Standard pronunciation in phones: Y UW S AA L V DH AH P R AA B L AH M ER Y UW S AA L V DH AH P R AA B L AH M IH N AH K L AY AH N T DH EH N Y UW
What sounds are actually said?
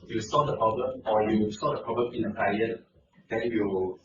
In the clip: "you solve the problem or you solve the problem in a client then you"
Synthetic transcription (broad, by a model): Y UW S AA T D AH P R AA B L AH M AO Y UW S AA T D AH P R AA B L AH M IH N AH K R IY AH T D EH N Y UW